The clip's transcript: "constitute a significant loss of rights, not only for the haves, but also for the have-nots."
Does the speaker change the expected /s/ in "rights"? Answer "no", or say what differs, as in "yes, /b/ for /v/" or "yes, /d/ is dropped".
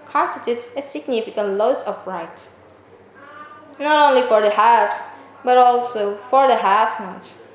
yes, /s/ is dropped